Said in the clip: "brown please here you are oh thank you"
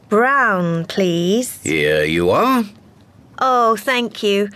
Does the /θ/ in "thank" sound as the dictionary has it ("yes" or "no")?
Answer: yes